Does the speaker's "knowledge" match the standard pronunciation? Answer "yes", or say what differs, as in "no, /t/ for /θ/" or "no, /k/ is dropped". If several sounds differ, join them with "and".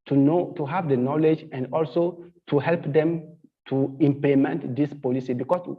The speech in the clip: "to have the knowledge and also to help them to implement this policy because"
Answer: yes